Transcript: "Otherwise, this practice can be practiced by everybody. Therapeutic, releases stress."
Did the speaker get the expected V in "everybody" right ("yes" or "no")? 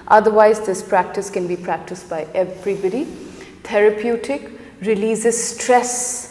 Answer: no